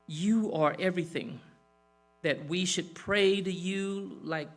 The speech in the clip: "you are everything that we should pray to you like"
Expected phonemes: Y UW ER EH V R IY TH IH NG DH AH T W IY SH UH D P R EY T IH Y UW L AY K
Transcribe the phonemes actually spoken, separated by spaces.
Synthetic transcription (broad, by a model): Y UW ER EH V R IY TH IH NG DH AH T W IY SH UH D P R EY T IH Y UW L AY K